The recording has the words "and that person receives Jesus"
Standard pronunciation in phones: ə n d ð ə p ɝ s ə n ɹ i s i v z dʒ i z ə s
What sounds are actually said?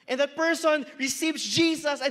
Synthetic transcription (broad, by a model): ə n ð ə p ɝ s ə n ɹ i s i v z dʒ i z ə s